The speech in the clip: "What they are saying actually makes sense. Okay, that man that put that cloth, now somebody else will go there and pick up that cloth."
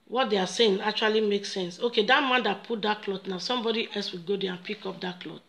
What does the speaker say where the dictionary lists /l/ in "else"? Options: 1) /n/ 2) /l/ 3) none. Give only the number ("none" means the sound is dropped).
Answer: 2